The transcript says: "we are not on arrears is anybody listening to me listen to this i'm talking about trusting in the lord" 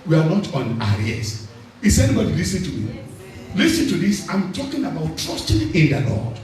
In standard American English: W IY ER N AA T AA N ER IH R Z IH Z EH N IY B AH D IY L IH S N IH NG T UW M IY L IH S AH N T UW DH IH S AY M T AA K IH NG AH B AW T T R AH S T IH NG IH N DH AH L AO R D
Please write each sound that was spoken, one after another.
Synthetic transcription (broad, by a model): W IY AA N AA T AA N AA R S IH S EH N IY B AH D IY L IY S IH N T UW M IY L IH S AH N T UW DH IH S AY M T AA K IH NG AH B AW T T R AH S T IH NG IH N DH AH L AO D